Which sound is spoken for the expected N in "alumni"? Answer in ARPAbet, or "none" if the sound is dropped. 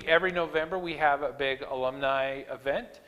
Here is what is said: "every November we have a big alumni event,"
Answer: N